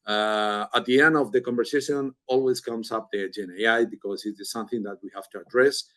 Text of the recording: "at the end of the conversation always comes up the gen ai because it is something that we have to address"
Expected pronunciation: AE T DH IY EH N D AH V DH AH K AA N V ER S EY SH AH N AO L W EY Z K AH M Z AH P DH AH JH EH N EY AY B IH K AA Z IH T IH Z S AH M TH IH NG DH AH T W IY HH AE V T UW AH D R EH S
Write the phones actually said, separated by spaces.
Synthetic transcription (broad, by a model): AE T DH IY EH N D AH V DH AH K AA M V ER S EY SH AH N AO L W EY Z K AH M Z AH P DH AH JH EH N EY AY B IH K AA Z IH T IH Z S AH M TH IH NG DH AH T W IY HH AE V T UW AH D R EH S